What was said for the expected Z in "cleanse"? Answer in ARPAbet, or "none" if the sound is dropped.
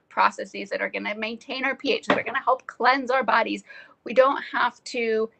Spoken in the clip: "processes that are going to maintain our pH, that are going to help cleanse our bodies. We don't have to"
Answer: Z